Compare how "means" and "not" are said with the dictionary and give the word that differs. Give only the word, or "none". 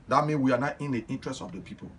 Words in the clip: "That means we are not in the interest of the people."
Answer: means